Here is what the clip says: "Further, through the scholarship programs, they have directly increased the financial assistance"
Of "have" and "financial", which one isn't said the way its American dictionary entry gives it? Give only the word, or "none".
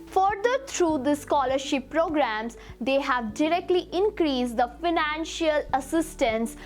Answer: none